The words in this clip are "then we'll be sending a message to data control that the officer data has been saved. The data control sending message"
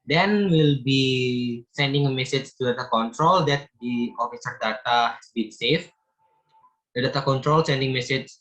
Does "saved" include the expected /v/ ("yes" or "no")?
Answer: no